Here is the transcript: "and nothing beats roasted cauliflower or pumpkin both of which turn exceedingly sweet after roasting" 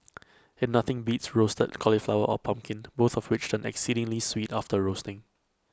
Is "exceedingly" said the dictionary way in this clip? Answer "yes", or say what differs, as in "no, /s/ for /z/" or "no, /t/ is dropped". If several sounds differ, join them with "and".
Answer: yes